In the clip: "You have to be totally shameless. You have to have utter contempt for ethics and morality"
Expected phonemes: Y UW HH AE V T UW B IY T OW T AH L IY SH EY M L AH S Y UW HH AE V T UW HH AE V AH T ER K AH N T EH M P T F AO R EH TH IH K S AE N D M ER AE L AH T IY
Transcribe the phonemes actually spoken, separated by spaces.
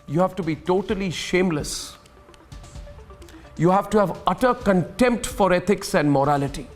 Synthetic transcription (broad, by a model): Y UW HH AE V T UW B IY T OW T AH L IY SH EY M L AH S Y UW HH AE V T UW HH AE V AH T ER K AH N T EH M P T F AO R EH T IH K S AE N D M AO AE L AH T IY